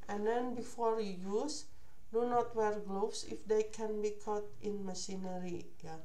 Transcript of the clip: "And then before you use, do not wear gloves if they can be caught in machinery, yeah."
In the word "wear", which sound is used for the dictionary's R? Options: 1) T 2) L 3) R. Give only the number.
3